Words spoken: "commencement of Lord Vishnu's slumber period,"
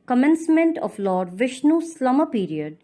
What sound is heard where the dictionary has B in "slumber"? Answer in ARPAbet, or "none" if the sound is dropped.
none